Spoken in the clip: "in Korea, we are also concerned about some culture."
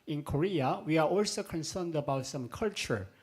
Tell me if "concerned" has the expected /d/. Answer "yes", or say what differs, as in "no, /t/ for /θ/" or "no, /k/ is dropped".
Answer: yes